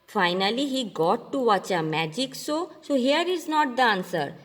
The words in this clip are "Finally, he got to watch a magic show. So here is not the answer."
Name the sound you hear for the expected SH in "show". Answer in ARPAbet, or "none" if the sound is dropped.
S